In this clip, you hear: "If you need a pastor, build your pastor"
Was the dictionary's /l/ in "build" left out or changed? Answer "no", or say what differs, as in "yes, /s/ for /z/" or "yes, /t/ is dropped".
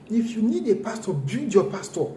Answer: yes, /l/ is dropped